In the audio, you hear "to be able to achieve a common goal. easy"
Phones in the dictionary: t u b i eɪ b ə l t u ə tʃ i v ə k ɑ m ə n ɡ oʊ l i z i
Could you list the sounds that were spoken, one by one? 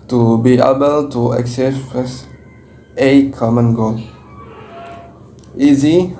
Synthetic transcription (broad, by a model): t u b i eɪ b ə l t u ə s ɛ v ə k ɑ m ə n ɡ oʊ l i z i